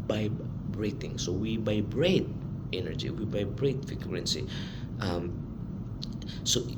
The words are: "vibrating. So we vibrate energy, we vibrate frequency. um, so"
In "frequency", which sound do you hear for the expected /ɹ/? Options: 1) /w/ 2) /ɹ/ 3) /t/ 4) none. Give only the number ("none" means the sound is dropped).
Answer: 4